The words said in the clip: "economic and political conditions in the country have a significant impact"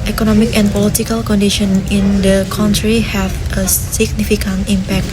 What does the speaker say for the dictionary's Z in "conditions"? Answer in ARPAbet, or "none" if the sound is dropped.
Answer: none